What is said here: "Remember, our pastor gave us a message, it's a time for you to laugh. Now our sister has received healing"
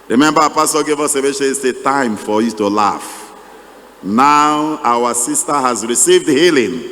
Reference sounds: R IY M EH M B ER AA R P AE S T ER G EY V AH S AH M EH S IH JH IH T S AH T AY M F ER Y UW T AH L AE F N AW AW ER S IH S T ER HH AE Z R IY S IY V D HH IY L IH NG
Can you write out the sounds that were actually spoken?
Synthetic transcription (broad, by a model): R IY M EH M B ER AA P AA S T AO G EY V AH S AH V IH SH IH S AH T AY M F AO Y UW T AH L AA F N AW AW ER S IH S T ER HH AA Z R IY S IY V D HH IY L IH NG